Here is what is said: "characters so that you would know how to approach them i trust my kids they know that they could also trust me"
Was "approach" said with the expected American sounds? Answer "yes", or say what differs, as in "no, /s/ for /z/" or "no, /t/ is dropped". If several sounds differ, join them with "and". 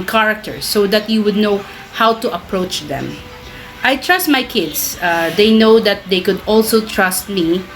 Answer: yes